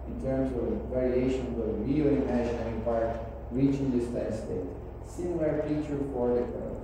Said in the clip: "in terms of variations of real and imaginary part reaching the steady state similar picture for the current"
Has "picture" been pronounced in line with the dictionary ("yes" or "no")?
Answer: no